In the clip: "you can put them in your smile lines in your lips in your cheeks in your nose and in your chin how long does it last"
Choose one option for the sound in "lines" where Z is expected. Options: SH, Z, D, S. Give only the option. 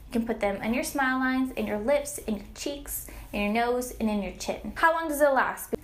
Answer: Z